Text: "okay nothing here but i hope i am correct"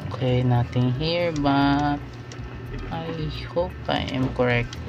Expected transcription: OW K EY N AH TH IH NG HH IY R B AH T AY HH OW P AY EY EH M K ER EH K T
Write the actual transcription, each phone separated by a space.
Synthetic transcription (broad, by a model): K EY N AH T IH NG HH IY R B AH T AY HH OW P AY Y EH M K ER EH K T